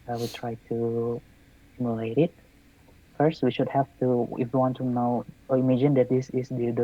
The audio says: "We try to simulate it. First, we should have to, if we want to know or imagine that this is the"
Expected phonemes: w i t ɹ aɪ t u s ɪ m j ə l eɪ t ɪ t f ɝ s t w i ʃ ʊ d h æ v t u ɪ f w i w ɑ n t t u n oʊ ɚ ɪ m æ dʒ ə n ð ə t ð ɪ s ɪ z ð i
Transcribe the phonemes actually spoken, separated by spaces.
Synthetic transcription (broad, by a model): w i t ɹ aɪ t u s ɪ m j ə l eɪ t ɪ t f ɝ s t w i ʃ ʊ d h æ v t u ɪ f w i w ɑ n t t u n oʊ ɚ ɪ m æ dʒ ə n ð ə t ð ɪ s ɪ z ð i